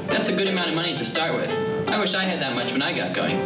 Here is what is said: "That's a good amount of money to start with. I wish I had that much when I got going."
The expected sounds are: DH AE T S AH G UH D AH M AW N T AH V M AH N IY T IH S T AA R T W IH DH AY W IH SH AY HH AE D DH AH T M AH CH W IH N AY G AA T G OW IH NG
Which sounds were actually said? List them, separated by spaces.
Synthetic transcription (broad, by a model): DH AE T S AH G UH D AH M AW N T AH V M AH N IY T IH S T AA R T W IH DH AY W IH SH AY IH D DH AH T M AH CH W IH N AY G AA T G OW IH NG